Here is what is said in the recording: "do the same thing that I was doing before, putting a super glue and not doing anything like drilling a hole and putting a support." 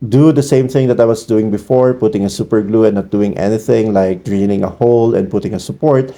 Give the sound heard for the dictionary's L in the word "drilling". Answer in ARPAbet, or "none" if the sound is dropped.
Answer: N